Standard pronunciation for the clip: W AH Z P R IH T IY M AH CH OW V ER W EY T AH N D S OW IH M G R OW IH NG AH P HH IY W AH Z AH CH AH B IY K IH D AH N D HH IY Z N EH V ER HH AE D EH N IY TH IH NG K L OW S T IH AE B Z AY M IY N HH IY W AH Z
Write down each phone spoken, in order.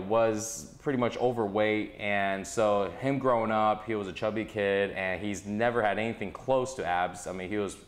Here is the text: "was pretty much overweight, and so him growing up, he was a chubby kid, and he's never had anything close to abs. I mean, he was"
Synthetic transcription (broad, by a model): W AH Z P R IH T IY M AH CH OW V ER W EY T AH N S OW IH M G R OW IH NG AH P HH IY W AH Z AH CH AH B IY K IH D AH N IY Z N EH V ER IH D EH N IY TH IH NG K L OW S T IH AE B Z AY M IY N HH IY W AH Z